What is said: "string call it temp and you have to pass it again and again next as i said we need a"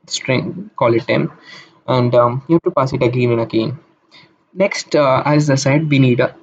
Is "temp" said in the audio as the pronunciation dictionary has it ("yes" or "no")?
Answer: no